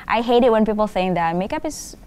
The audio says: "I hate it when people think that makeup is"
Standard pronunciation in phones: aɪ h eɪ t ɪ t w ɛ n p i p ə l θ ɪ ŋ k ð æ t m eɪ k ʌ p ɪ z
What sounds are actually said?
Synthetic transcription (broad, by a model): aɪ h eɪ t ɪ t w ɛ n p i p l θ ɪ ŋ k ð æ t m eɪ k ʌ p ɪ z